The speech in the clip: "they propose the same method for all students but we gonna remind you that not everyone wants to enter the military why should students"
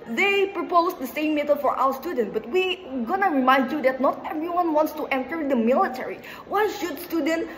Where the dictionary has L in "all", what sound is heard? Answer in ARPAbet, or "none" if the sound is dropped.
W